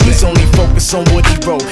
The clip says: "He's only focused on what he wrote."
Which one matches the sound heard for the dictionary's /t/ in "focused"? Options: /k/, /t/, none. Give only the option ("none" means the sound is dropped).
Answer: none